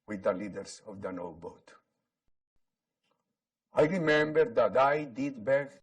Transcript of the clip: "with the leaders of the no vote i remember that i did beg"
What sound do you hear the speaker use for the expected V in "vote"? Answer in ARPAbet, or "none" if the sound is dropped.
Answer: B